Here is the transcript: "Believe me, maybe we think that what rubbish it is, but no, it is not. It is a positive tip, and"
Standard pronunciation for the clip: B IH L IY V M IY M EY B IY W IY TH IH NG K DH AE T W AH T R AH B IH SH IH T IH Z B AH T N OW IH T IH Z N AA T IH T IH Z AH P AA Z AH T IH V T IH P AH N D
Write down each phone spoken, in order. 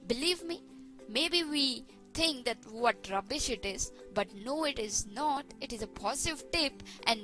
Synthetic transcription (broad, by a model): B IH L IY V M IY M EY B IY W IY T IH NG K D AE T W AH T R AH B IH SH IH T IH Z B AH T N OW IH T IH Z N AA T IH T IH Z AH P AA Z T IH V T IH P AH N D